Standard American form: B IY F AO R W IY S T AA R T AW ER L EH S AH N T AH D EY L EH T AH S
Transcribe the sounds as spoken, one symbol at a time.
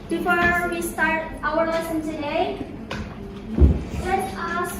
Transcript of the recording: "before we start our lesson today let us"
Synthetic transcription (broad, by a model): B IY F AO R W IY S T AA R T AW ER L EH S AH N S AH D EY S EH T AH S